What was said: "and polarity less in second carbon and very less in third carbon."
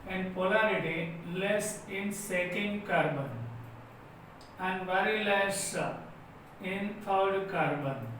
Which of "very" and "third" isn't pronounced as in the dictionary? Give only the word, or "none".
third